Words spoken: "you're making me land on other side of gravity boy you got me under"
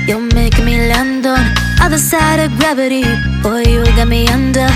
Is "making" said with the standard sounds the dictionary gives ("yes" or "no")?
no